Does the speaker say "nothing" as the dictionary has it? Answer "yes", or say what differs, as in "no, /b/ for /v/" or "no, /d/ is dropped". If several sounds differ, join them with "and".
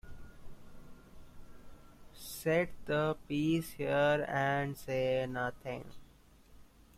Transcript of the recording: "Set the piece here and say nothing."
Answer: no, /t/ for /θ/